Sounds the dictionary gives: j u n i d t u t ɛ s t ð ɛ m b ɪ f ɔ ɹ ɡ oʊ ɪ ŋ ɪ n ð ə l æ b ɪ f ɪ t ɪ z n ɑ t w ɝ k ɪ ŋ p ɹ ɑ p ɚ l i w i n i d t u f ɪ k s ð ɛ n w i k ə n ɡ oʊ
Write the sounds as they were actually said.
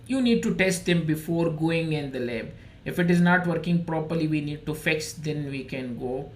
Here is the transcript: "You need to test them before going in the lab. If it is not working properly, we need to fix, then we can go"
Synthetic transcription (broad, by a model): j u n i d t u t ɛ s t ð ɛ m b ɪ f ɔ ɹ ɡ oʊ ɪ ŋ ɪ n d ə l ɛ b ɪ f ɪ t ɪ z n ɑ t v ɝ k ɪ ŋ p ɹ ɑ p ɚ l i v i n i d t u f ɪ k s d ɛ n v i k ə n ɡ oʊ